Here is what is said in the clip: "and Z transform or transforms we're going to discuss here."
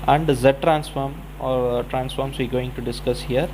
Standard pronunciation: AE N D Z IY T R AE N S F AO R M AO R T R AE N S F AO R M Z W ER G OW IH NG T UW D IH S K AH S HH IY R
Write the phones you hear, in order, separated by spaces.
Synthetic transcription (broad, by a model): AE N D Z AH T R AE N S F AO R M AO R T R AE N S F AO R M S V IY G OW IH NG T UW D IH S K AH S HH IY R